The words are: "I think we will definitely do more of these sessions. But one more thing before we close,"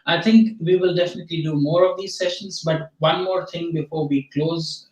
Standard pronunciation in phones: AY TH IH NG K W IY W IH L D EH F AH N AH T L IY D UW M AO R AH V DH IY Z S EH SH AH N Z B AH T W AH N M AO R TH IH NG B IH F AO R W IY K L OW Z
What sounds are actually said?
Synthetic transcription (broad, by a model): AY T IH NG K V IY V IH L D EH F AH N AH T L IY D UW M AO R AH V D IY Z S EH SH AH N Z B AH T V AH N M AO R T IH NG B IH F AO R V IY K L OW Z